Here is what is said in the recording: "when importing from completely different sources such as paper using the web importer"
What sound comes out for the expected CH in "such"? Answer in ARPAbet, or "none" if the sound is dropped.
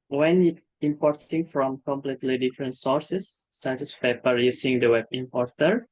S